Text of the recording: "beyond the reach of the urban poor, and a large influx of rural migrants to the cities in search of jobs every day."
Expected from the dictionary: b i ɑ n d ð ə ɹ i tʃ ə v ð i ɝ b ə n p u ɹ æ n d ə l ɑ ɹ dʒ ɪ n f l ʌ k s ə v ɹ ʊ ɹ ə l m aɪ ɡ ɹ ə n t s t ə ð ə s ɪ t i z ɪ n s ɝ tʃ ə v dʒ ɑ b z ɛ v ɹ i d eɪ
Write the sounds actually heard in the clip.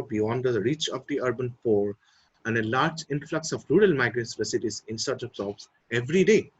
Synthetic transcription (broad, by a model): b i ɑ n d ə ɹ i tʃ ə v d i ɝ b ə n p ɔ ɹ æ n d ə l ɑ ɹ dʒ ɪ n f l ʌ k s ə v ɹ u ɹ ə l m aɪ ɡ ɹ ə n s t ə s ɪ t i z ɪ n s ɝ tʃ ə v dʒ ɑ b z ɛ v ɹ i d eɪ